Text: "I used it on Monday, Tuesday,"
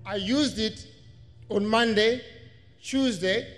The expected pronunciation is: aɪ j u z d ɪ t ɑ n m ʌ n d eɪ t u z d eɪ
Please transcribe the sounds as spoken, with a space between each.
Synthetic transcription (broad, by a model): aɪ j u z d ɪ t ɑ n m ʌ n d eɪ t u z d eɪ